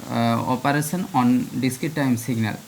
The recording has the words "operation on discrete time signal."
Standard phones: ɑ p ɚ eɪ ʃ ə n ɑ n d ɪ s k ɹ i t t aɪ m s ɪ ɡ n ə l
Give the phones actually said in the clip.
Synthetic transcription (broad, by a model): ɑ p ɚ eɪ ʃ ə n ɑ n d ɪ s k i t t aɪ m s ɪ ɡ n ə l